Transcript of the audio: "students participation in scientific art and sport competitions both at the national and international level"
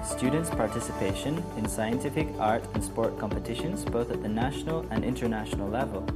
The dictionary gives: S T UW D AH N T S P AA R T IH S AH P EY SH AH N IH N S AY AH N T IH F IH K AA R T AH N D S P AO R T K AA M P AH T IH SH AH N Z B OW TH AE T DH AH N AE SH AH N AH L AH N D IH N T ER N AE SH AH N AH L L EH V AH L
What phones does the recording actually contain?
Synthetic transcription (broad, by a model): S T UW D N T S P AA R T IH S AH P EY SH AH N IH N S AY AH N T IH F IH K AA R T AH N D S P AO R T K AA M P AH T IH SH AH N Z B OW TH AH T DH AH N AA SH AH N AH L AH N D IH N T ER N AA SH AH N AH L L EH V AH L